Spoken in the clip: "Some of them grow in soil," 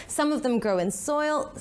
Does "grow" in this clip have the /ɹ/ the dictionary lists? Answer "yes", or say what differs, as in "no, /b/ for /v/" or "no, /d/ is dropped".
yes